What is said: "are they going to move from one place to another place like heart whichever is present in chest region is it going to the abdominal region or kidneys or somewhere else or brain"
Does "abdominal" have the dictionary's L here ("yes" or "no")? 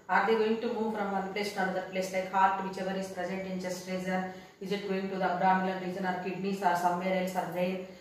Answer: no